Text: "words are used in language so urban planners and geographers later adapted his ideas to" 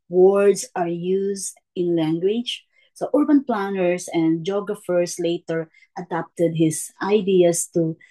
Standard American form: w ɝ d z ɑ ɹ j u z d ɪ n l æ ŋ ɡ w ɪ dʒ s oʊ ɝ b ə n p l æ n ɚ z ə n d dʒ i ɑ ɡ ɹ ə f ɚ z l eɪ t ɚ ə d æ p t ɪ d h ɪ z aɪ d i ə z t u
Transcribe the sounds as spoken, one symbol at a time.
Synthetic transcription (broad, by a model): w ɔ d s ɑ ɹ j u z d ɪ n l æ ŋ ɡ w ɪ dʒ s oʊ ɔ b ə n p l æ n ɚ s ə n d dʒ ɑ ɡ ɹ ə f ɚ s l eɪ t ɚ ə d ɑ p t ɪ d h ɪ s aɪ d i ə s t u